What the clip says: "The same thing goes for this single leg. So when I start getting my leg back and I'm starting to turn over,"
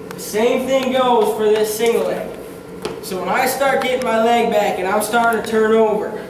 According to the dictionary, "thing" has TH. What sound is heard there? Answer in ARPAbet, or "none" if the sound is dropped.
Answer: TH